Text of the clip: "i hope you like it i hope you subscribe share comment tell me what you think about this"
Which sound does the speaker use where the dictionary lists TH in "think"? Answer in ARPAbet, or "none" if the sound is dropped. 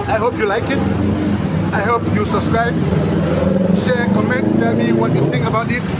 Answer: T